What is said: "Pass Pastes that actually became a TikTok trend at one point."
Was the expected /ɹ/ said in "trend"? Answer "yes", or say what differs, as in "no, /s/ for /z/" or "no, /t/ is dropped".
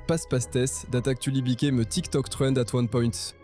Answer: no, /w/ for /ɹ/